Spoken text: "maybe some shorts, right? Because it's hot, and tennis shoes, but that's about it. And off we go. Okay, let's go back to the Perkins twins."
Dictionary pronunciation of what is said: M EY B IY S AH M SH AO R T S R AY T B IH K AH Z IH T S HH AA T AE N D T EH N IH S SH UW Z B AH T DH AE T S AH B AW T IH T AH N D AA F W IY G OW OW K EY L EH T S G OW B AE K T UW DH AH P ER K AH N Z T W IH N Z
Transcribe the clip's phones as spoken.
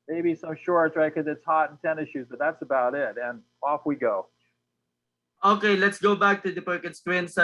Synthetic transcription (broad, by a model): M EY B IY S AH M SH AO R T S R AY T K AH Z IH T S HH AA T N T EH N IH SH UW Z B AH T DH AE T S AH B AW T IH T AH N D AA F W IY G OW OW K EY L EH T S G OW B AE K T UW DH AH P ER K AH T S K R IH N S